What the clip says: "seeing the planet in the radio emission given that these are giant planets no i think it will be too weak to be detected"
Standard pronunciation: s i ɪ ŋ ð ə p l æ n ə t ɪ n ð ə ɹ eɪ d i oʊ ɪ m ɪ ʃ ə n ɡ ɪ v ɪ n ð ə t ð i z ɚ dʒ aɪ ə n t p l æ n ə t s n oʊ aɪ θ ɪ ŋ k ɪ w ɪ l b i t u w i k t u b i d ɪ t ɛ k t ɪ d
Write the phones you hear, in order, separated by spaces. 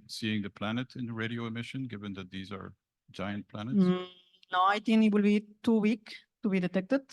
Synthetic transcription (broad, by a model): s i ɪ ŋ ð ə p l æ n ə t ɪ n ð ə ɹ eɪ d i oʊ ɪ m ɪ ʃ ə n ɡ ɪ v ɪ n ð ə t ð i z ɚ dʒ aɪ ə n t p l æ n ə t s n oʊ aɪ t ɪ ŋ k ɪ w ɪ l b i t u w i k t u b i d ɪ t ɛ k t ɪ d